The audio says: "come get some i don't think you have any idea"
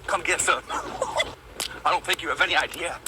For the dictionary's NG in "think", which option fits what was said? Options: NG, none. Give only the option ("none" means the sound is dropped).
none